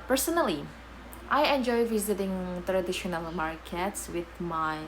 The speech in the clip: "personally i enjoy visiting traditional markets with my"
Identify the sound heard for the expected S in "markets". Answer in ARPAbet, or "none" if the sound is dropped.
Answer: S